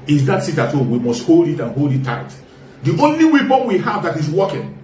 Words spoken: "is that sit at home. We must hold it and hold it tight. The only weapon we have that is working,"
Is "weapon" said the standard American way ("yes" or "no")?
no